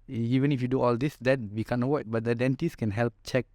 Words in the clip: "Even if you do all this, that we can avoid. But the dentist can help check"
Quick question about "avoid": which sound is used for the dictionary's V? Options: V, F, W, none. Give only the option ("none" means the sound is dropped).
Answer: W